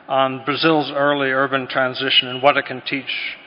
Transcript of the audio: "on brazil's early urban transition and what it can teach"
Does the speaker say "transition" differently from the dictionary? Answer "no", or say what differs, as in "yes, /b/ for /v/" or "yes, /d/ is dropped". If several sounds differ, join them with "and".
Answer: no